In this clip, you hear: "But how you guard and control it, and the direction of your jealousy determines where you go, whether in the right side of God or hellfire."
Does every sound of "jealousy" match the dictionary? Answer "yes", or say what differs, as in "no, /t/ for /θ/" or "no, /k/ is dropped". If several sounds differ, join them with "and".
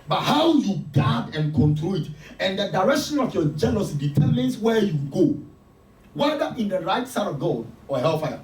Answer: no, /n/ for /l/